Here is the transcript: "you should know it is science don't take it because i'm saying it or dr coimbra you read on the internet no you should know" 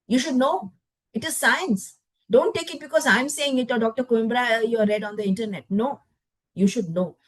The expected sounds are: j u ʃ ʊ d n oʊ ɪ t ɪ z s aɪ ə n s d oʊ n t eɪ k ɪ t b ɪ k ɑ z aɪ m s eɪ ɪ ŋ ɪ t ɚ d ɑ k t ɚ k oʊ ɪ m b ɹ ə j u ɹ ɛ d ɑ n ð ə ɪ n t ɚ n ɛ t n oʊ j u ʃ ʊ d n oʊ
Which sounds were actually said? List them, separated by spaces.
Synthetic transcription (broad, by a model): j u ʃ ʊ d n oʊ ɪ t ɪ z s aɪ ə n s d oʊ n t eɪ k ɪ t b ɪ k ɑ z aɪ m s eɪ ɪ ŋ ɪ t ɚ d ɑ k t ɚ k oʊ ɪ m b ɹ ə j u ɹ ɛ d ɑ n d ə ɪ n t ɚ n ɛ t n oʊ j u ʃ ʊ d n oʊ